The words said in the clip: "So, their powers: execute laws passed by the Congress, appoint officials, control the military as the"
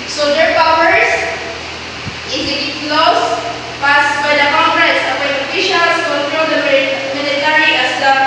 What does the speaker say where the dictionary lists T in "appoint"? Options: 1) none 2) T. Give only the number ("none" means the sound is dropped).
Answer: 1